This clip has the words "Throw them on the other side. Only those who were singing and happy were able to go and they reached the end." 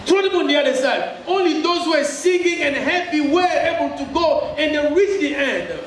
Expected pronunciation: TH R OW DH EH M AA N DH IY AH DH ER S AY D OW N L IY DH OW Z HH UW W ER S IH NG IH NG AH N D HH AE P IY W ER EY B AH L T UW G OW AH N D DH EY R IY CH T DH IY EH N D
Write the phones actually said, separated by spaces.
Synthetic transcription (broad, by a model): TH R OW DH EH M AA N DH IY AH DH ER S AY D OW N L IY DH OW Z HH UW W ER S IH NG IH NG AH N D HH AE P IY W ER EY B AH L T UW G OW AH N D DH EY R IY CH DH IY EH N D